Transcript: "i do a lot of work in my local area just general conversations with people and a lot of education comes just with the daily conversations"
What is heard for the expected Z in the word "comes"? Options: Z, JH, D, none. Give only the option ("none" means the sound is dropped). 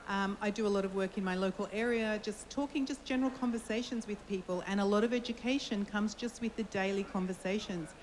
Z